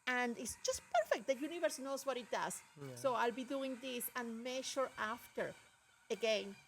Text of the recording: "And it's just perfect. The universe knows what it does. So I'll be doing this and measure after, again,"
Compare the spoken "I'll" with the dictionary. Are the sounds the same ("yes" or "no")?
yes